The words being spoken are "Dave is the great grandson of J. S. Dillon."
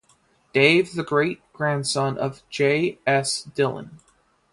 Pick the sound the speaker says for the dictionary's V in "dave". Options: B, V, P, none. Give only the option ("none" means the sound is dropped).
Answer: none